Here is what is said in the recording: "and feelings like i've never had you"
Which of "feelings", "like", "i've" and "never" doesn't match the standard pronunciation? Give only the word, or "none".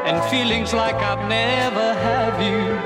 none